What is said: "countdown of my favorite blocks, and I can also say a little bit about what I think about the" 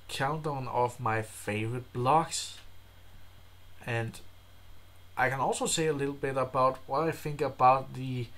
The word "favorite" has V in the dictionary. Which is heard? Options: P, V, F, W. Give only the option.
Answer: V